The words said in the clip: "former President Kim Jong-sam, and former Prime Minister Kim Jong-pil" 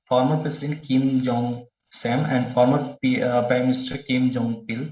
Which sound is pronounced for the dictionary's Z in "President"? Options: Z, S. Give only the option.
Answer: S